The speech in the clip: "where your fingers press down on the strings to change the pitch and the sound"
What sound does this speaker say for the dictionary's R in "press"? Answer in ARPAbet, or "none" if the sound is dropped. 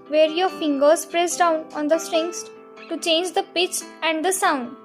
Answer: R